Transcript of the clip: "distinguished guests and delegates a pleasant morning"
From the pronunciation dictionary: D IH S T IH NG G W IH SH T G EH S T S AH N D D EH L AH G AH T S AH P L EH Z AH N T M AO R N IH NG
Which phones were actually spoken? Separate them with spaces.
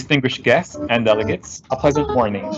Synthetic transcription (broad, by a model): S T IH NG G W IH SH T G EH S T S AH N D D EH L AH G AH T S AH P L EH Z AH N T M AO R N IH NG